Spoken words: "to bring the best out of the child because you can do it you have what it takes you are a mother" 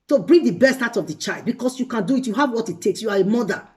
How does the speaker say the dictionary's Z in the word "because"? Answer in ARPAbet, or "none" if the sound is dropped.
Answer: S